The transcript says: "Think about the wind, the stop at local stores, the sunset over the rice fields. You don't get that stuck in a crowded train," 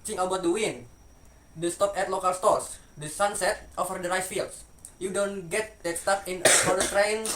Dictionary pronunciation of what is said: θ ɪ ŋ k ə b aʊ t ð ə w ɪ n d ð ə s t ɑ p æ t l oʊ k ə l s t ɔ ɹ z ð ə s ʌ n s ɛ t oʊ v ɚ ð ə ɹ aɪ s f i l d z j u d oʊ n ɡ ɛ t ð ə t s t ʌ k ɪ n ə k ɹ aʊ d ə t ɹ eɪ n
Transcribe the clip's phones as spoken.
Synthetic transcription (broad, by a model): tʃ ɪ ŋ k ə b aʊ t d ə w ɪ n d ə s t ɑ p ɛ t l oʊ k ə l s t ɔ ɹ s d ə s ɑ n s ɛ t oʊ f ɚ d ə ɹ aɪ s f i l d s j u d oʊ n ɡ ɛ t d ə t s t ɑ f ɪ n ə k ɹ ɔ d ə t ɹ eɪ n